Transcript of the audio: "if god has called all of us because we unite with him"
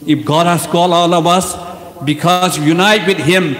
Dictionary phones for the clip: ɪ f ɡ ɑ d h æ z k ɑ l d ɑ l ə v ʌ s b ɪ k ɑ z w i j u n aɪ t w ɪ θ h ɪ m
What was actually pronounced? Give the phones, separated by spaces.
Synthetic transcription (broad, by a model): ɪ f ɡ ɑ d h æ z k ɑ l ɑ l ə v ʌ s b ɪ k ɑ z j u n aɪ t w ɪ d h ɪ m